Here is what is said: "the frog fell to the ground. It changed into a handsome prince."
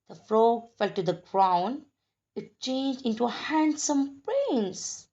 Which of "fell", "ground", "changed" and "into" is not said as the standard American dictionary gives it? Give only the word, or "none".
ground